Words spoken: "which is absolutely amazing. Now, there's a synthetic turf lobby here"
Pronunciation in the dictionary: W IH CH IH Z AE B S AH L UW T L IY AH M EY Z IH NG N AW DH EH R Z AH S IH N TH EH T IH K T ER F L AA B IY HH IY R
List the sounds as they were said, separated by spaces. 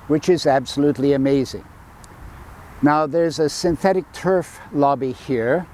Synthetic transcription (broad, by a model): W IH CH IH Z AE B S AH L UW T L IY AH M EY Z IH NG N AW DH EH R Z AH S IH N TH EH T IH K T ER F L AA B IY HH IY R